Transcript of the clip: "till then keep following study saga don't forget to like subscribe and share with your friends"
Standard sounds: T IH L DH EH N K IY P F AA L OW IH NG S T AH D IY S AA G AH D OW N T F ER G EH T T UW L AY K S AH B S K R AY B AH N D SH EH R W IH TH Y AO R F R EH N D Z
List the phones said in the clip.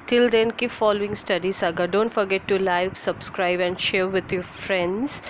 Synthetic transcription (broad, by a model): T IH L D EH N K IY F AA L OW IH NG S T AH D IY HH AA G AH D OW N T F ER G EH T T UW L AY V S AH B S K R AY B AH N D SH EH R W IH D Y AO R F R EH N D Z